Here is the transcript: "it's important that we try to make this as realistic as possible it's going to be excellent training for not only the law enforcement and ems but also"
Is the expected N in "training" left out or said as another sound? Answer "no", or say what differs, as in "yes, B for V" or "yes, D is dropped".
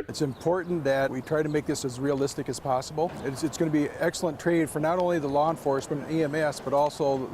yes, N is dropped